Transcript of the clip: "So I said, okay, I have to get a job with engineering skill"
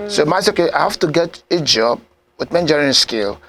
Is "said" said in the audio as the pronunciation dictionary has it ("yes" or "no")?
no